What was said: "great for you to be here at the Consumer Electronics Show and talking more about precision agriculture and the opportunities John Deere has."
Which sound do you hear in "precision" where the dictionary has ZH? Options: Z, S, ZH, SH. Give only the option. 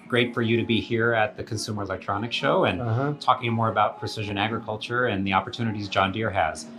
ZH